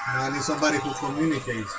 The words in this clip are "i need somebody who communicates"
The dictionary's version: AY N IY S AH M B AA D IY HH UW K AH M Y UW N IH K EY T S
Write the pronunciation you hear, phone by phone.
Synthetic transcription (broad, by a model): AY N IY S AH B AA D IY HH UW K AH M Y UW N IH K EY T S